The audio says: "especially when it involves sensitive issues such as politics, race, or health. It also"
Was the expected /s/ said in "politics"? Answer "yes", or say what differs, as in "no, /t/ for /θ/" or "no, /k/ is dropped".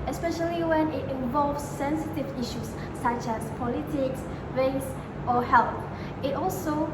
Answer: yes